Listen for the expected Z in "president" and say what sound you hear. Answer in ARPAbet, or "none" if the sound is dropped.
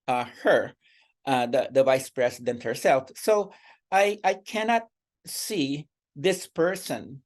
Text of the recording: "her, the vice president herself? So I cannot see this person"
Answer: S